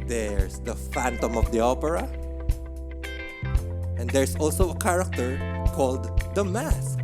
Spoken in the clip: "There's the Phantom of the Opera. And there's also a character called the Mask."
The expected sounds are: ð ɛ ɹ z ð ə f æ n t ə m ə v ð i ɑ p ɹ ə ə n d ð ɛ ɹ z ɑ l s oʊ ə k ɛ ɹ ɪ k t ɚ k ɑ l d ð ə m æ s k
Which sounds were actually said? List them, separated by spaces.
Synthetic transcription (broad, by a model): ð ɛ ɹ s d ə f æ n t ə m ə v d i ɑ p ɹ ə ə n d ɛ ɹ s ɑ l s oʊ ə k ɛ ɹ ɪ k t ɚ k ɑ l d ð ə m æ s k